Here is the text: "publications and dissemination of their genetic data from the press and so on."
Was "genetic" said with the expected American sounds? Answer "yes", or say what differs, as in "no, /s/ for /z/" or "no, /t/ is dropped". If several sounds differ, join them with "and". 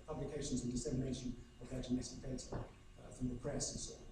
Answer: no, /s/ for /t/